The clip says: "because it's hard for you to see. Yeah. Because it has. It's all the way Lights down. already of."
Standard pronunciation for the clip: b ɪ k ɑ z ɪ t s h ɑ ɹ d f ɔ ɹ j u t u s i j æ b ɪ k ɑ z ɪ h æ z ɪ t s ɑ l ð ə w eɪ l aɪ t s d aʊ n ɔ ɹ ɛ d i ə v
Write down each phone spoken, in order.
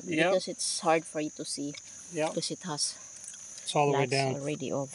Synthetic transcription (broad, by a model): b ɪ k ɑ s ɪ t s h ɑ ɹ d f ɔ ɹ j u t u s i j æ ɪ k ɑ s ɪ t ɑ s ɪ t s ɑ l ð ə w eɪ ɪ d aʊ n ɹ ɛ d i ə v